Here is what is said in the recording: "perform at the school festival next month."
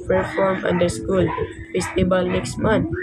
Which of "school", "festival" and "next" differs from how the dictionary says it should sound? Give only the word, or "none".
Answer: festival